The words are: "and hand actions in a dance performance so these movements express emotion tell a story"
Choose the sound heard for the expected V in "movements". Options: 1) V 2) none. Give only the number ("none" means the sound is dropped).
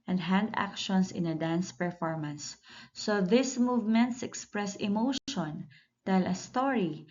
1